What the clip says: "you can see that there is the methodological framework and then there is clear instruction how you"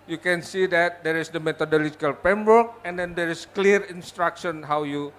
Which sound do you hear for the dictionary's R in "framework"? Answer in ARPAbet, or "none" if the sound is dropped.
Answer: none